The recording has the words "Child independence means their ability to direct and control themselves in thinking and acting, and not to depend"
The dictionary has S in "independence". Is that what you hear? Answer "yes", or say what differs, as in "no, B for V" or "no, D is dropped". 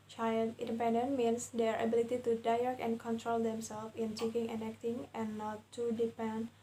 no, S is dropped